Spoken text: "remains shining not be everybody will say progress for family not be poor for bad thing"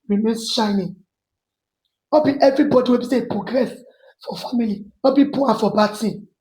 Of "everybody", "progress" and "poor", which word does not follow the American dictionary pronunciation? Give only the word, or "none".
poor